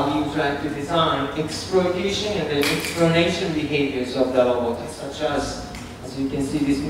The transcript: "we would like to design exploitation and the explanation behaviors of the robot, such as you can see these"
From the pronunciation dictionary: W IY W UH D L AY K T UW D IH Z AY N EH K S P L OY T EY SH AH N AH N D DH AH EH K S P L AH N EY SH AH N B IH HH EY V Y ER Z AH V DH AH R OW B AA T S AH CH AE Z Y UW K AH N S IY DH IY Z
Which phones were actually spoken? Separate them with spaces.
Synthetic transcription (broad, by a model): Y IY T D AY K T UW D IH Z AY N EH K S P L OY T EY SH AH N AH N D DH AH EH K S P L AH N EY SH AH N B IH HH EY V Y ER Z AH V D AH L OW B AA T S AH CH AE Z Y UW K AH N S IY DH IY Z